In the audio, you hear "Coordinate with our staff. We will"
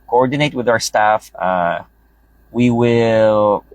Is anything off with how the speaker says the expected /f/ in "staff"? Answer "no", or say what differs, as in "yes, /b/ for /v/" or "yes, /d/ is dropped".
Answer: no